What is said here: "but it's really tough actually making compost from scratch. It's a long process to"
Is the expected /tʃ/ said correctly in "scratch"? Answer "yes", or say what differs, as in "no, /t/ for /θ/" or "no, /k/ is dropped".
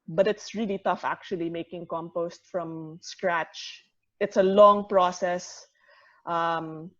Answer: yes